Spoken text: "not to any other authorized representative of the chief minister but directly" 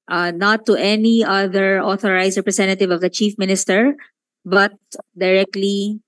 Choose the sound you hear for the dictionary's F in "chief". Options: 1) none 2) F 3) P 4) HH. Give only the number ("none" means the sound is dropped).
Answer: 2